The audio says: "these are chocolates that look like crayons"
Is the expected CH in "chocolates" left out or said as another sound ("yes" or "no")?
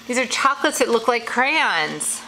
no